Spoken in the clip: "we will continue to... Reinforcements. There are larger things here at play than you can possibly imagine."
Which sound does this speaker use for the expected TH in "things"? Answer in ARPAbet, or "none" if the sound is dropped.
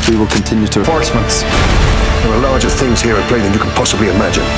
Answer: TH